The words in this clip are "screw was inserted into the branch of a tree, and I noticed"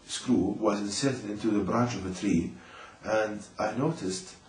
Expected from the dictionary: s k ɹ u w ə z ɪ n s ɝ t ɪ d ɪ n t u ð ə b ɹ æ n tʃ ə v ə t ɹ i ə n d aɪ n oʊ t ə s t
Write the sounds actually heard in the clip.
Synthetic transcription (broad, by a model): s k ɹ u w ə z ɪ n s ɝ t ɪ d ɪ n t u ð ə b ɹ æ n tʃ ə v ə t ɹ i ə n d aɪ n oʊ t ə s t